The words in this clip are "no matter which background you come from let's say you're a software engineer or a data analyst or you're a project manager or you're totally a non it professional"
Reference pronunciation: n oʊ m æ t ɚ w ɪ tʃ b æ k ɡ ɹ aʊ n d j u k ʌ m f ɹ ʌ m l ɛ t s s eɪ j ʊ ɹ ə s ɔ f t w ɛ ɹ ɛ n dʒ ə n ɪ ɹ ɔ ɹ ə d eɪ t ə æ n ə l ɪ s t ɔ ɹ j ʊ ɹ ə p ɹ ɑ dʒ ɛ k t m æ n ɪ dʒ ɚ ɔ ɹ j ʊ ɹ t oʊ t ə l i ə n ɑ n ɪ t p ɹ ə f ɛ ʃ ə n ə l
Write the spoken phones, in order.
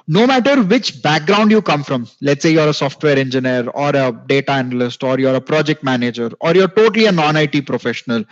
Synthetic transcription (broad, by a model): n oʊ m æ t ɚ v ɪ tʃ b æ k ɡ ɹ aʊ n d j u k ʌ m f ɹ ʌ m l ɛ t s s eɪ j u ɹ ə s ɔ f t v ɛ ɹ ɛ n dʒ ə n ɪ ɹ ɔ ɹ ə d eɪ t ə æ n ə l ɪ s t ɔ ɹ j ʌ ɹ ə p ɹ ɑ dʒ ɛ k t m æ n ɪ dʒ ɚ ɔ ɹ j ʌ ɹ t oʊ t ə l i ə n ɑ n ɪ t p ɹ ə f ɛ ʃ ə n ə l